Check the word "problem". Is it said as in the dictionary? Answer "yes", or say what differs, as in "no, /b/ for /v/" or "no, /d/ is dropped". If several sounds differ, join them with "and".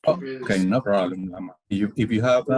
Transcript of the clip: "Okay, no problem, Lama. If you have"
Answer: no, /b/ is dropped